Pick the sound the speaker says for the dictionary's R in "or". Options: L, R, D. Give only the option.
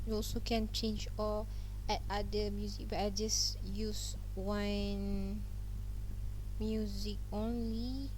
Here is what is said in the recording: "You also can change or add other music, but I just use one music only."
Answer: L